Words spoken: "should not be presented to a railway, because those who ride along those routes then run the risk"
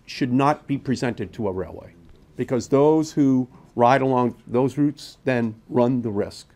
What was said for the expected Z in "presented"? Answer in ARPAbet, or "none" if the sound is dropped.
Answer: Z